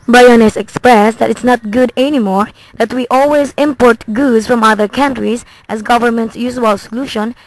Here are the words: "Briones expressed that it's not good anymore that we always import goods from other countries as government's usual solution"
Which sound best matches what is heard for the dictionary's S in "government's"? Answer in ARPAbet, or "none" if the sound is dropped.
S